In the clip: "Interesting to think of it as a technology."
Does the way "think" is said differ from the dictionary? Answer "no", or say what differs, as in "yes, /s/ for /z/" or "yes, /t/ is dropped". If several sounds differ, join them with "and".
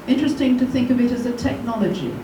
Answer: no